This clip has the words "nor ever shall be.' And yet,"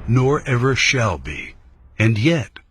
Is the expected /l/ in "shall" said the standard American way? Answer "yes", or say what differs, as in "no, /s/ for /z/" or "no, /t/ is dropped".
yes